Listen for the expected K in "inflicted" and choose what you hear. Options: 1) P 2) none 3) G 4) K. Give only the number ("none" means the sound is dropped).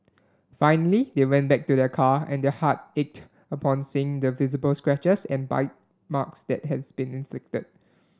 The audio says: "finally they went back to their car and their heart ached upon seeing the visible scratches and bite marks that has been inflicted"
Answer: 4